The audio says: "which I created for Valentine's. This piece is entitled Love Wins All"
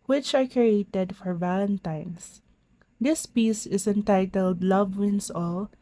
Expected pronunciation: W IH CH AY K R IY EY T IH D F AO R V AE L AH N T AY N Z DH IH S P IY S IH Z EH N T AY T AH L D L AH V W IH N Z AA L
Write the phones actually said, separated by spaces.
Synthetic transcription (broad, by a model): W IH CH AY K R IY EY T IH D F AO R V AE L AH N T AY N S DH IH S P IY S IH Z EH N T AY T AH L D L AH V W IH N S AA L